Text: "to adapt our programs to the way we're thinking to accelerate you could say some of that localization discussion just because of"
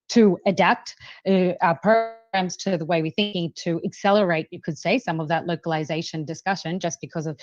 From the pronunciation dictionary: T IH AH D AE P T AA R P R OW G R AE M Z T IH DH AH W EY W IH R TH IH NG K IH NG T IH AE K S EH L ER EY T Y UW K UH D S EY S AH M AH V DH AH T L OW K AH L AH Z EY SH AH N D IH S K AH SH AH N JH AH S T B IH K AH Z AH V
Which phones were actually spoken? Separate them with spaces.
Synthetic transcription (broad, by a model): T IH AH D AE P T P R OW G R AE M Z T IH DH AH W EY W IH R TH IH NG K IH NG T IH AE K S EH L ER EY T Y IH K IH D S EY S AH M AH V DH AH T L OW K AH L AH Z EY SH AH N D IH S K AH SH AH N JH AH S B IH K AH Z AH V